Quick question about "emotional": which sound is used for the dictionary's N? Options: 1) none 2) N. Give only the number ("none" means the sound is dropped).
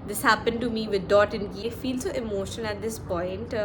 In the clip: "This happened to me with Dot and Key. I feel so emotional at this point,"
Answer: 1